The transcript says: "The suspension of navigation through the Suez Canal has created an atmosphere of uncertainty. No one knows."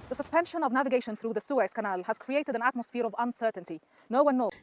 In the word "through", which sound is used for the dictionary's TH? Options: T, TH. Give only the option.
TH